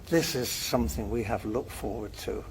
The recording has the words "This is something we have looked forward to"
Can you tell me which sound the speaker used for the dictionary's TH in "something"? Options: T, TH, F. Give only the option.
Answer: TH